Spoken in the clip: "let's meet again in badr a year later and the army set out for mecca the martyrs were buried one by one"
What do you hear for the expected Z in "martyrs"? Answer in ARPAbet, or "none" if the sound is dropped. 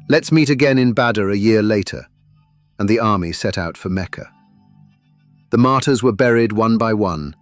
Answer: Z